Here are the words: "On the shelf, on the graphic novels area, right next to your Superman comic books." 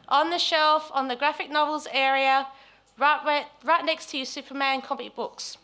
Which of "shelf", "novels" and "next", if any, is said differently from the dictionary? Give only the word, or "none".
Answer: none